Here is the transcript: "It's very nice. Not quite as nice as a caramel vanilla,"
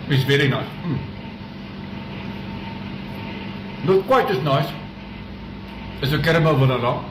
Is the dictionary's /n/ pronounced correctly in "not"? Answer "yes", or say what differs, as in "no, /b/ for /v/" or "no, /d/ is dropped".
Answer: no, /l/ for /n/